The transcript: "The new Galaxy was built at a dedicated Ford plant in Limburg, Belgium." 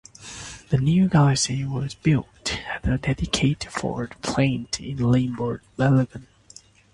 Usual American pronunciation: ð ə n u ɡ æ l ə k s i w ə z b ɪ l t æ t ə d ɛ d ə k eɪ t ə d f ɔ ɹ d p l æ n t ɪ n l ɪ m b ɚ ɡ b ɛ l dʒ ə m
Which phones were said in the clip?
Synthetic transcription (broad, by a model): ð ə n u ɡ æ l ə s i w ə z b ɪ l t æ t ə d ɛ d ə k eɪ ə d f ɔ ɹ d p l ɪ n t ɪ n l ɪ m b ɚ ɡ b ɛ l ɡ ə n